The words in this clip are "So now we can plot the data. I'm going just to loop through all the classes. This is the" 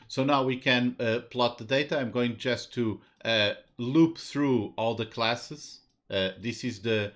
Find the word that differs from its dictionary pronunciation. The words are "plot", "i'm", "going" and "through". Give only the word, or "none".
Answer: none